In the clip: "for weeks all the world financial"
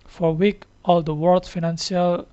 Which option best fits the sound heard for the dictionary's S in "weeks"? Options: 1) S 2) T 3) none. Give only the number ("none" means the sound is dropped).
3